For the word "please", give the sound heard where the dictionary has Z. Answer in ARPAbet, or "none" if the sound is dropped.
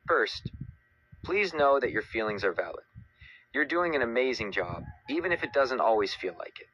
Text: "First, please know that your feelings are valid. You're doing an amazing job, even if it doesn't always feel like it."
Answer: Z